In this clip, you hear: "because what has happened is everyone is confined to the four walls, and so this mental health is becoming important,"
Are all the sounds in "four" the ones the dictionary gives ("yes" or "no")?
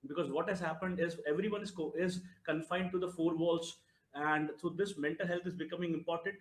yes